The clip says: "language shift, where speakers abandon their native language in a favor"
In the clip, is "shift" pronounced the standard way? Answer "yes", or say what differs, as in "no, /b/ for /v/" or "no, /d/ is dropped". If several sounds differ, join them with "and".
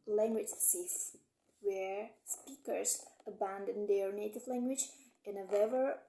no, /s/ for /ʃ/